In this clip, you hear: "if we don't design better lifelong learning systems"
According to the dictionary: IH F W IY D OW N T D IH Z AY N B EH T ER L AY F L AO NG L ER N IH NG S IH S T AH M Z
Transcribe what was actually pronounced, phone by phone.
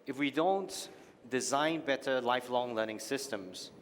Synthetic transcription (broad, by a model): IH F W IY D OW N T D IH Z AY N B EH T ER L AY F L AO NG L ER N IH NG S IH S T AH M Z